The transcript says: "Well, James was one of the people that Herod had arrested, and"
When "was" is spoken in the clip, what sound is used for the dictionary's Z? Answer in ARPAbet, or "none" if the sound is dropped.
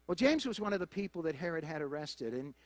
Z